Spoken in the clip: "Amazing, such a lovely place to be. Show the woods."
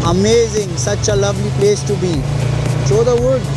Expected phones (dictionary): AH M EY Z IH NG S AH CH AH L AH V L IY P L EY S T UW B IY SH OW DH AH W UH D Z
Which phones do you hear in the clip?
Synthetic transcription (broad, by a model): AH M EY Z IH NG S AH CH AH L AH V L IY P L EY S T UW B IY S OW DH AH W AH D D